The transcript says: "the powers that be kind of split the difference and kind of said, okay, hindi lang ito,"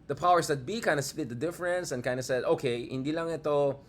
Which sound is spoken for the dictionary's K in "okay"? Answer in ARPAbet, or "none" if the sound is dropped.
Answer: K